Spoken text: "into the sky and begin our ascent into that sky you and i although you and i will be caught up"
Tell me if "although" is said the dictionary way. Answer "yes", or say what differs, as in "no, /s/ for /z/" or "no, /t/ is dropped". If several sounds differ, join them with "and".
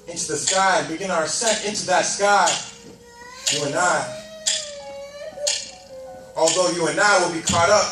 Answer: yes